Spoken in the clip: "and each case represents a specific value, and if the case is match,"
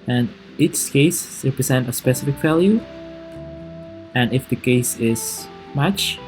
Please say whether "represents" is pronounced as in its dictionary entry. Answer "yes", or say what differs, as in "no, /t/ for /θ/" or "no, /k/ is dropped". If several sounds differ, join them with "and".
no, /s/ is dropped